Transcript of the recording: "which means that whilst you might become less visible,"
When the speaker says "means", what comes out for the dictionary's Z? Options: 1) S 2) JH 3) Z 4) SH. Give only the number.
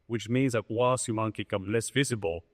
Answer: 3